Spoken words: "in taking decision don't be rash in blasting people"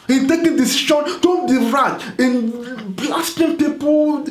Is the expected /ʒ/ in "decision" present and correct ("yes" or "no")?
no